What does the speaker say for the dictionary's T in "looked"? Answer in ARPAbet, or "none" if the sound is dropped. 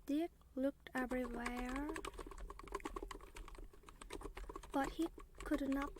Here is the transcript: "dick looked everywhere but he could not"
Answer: T